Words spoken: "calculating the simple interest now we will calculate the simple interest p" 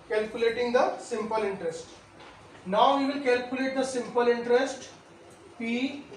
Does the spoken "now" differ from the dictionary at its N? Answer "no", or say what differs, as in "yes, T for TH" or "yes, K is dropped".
no